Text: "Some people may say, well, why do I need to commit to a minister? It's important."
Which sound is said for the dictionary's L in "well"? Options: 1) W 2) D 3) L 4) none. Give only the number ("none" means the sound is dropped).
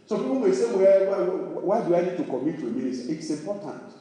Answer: 1